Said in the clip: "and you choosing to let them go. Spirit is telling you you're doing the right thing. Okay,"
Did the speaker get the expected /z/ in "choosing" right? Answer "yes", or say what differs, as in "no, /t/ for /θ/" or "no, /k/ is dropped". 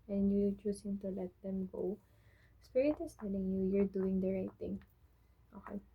no, /s/ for /z/